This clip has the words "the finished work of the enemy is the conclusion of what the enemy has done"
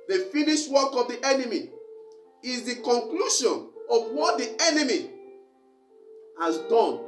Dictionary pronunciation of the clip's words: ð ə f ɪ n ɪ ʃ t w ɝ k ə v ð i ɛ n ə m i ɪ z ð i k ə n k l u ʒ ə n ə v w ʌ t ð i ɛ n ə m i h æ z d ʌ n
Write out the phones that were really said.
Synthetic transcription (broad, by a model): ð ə f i n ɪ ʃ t w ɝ k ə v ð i ɛ n ə m i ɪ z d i k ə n k l u ʃ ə n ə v w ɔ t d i ɛ n ə m i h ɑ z d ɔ n